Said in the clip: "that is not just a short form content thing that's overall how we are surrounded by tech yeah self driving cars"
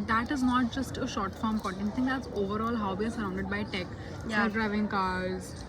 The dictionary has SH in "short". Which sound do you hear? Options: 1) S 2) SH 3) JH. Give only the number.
2